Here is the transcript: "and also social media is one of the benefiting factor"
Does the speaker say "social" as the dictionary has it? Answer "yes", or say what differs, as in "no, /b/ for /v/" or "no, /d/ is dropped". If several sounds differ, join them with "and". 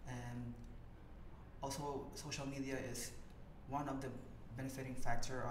yes